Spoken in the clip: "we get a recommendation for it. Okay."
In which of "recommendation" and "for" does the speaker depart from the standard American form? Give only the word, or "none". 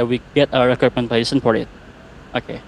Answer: recommendation